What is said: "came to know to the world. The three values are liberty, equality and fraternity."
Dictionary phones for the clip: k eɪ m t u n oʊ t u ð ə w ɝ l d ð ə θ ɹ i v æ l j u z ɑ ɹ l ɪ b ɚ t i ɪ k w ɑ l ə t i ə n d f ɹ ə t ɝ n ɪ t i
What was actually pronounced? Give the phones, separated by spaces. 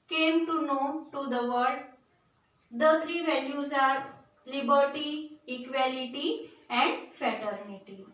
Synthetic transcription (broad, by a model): k eɪ m t u n oʊ t u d ə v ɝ d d ə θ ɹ i v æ l j u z ɑ ɹ l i b ɚ t i k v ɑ l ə t i ə n d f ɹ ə t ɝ n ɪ t i